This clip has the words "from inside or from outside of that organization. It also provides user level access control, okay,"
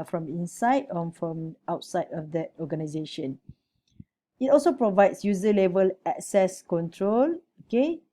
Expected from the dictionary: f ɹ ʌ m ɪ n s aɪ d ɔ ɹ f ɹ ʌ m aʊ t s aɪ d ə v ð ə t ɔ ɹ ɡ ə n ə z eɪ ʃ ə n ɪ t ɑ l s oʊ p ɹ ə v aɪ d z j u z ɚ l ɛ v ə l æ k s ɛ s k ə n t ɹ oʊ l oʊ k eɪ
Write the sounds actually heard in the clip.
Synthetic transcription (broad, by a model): f ɹ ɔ m ɪ n s aɪ d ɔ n f ɹ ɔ m aʊ t s aɪ d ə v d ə t ɔ ɡ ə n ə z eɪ ʃ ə n ɪ t ɑ l s oʊ p ɹ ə v aɪ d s j u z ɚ l ɛ v ə l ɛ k s ɛ s k ə n t ɹ oʊ l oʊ k eɪ